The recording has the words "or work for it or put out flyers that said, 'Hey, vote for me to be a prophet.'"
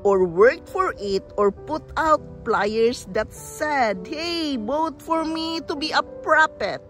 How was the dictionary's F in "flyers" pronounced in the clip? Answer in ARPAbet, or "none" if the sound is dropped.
P